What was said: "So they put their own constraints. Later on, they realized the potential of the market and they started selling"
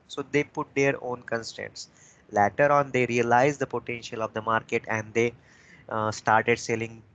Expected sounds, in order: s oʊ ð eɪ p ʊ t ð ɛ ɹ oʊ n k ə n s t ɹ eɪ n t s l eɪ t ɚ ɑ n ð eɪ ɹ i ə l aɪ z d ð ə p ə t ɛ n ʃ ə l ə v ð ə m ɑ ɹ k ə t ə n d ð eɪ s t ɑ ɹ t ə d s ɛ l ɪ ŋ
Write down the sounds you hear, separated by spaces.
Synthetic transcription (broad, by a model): s oʊ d eɪ p ʊ t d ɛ ɹ oʊ n k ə n s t eɪ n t s l eɪ t ɚ ɑ n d eɪ ɹ i ə l aɪ z d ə p ə t ɛ n ʃ ə l ə v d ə m ɑ ɹ k ə t ə n d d eɪ s t ɑ ɹ t ə d s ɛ l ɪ ŋ